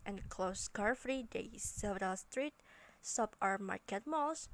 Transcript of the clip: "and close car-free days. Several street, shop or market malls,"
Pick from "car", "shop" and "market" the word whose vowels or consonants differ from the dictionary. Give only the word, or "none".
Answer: shop